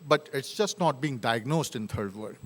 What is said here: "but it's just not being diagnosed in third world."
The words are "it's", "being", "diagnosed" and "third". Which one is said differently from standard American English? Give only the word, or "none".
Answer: third